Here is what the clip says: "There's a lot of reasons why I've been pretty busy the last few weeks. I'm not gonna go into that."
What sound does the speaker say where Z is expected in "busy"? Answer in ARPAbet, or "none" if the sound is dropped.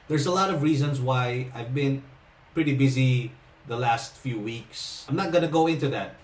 Z